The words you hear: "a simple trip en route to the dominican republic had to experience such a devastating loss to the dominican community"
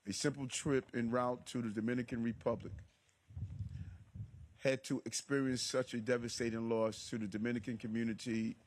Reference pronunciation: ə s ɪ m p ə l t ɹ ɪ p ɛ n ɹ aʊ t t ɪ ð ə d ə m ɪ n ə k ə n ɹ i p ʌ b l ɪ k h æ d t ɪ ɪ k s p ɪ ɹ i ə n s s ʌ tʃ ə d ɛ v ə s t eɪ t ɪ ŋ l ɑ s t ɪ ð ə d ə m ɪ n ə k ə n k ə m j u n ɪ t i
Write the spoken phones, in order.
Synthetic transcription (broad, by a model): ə s ɪ m p l t ɹ ɪ p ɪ n ɹ aʊ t t ɪ ð ə d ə m ɪ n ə k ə n ɹ i p ʌ b l ɪ k h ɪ d t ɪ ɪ k s p ɪ ɹ i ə n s s ʌ tʃ ə d ɛ v ə s t eɪ t ɪ ŋ l ɑ s t ɪ ð ə d ə m ɪ n ə k ə n k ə m j u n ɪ t i